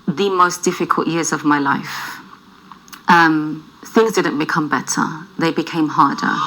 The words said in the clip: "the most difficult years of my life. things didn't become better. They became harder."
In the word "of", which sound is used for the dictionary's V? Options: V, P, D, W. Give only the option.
V